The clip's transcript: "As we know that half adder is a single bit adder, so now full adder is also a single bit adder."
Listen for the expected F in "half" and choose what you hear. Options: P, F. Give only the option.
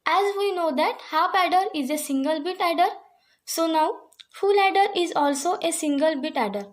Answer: P